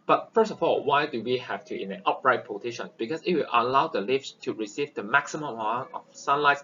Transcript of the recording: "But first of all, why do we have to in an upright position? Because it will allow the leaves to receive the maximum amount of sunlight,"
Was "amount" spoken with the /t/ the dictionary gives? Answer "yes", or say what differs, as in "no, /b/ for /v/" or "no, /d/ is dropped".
no, /t/ is dropped